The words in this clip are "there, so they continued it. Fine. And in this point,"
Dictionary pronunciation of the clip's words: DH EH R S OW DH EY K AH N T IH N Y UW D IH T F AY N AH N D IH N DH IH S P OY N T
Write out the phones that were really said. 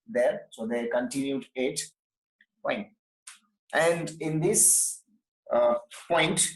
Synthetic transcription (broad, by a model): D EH R S OW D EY K AH N T IH N Y UW D IH T P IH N AH N D IH N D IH S P OY N T